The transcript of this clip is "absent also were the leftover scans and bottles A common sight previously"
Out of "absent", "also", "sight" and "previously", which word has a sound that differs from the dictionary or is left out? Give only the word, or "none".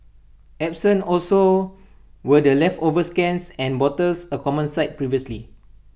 absent